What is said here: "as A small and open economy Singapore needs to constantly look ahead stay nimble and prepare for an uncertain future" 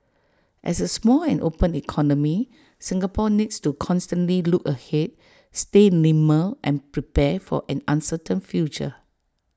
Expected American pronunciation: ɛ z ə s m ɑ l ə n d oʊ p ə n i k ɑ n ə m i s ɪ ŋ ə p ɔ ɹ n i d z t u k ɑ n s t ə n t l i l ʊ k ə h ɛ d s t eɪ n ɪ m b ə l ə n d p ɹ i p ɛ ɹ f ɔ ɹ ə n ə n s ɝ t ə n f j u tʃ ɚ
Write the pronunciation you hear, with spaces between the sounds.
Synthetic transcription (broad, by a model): ɛ s ə s m ɑ l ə n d oʊ p ə n i k ɑ n ə m i s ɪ ŋ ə p ɔ n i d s t u k ɑ n s t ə n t l i l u k ə h ɛ d s t eɪ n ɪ m ə l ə n p ɹ i p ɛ f ɔ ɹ ə n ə n s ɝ t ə n f j u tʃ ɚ